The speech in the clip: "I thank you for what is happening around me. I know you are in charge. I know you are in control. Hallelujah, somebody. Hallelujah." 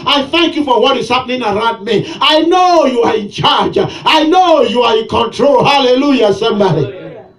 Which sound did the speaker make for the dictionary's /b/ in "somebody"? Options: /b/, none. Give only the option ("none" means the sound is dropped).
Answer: none